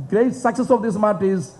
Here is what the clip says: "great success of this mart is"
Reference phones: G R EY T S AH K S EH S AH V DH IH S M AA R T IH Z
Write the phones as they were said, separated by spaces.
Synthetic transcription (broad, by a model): G R EY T S AH K S EH S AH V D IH S M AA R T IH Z